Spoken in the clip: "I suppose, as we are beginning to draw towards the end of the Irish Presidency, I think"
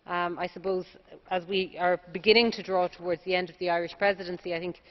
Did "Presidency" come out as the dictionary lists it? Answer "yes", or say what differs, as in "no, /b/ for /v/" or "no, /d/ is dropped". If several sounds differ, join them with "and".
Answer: yes